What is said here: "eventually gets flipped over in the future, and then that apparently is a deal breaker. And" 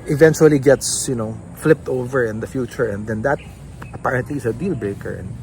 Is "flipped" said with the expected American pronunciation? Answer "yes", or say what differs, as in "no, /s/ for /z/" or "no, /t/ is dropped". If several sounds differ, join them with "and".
yes